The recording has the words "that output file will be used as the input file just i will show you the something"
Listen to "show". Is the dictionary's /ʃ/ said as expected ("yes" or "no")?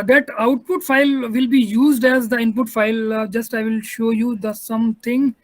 yes